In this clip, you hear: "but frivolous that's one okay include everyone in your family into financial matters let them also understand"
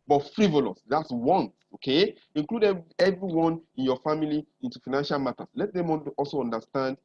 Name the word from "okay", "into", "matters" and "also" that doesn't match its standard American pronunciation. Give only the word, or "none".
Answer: matters